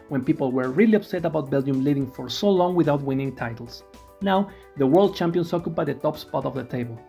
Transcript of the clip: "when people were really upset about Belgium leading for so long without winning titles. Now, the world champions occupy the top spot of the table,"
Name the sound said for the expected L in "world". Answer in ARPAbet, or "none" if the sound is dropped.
L